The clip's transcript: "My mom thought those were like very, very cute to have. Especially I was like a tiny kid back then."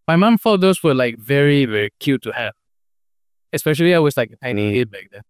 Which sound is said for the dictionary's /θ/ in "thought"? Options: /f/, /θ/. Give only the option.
/f/